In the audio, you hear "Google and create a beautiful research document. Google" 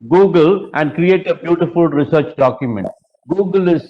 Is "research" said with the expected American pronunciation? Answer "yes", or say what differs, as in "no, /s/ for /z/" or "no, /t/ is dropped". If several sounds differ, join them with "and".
yes